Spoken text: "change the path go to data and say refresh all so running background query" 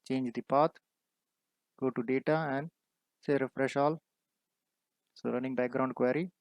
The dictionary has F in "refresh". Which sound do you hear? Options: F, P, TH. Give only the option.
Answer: F